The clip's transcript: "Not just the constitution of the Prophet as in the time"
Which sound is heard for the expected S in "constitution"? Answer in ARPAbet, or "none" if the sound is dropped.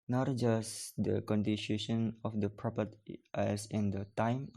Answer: none